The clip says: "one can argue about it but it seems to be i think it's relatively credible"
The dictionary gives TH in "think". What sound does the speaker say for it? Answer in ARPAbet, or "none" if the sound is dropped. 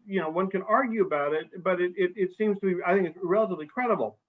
TH